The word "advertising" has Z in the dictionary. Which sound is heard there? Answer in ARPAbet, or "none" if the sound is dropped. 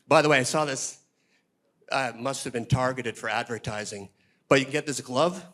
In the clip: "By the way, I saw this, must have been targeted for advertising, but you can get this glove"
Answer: Z